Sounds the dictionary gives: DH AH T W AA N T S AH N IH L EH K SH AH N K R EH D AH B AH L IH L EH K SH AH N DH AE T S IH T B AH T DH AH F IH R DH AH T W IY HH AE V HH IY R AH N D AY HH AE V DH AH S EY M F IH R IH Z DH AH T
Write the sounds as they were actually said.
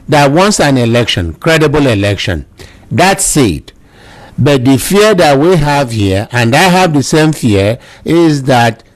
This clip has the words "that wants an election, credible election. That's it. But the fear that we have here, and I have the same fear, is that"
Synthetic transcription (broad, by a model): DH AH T W AA N T S AH N IH L EH K SH AH N K R EH D AH B AH L IH L EH K SH AH N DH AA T S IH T B AH T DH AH F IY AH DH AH T W IY HH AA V HH IY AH AH N D AY HH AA V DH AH S EY M F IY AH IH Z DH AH T